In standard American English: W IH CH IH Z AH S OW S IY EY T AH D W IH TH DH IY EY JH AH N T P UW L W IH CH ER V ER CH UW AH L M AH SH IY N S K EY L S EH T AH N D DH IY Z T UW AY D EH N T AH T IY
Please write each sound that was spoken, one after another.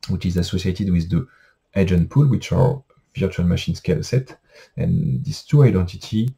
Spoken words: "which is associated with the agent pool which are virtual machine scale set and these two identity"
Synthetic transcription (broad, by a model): W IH CH IH Z AH S OW S IY EY T AH D W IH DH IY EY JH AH N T P UW L W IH CH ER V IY CH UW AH L M AH SH IY N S K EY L S EH T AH N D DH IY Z T UW AY D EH N T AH T IY